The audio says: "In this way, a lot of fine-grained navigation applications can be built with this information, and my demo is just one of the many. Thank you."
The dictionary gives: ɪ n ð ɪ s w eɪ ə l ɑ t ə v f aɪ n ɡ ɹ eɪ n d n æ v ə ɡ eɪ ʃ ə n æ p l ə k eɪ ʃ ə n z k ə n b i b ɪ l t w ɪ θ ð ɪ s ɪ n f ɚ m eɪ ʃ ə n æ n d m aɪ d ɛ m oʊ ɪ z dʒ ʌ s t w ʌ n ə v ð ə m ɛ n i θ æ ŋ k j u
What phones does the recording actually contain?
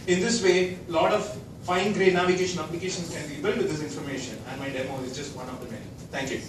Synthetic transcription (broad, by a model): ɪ n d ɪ s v eɪ l ɑ t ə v f aɪ n ɡ ɹ eɪ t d n æ v ə ɡ eɪ ʃ ə n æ p l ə k eɪ ʃ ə n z k ə n b i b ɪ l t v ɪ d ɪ s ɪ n f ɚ m eɪ ʃ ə n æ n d m aɪ d ɛ m oʊ ɪ z dʒ ʌ s t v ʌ n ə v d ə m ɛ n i t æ ŋ k j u